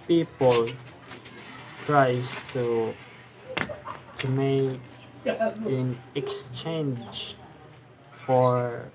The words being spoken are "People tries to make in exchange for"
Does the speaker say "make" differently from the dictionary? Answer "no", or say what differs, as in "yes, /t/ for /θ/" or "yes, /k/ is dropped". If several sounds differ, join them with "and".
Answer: yes, /k/ is dropped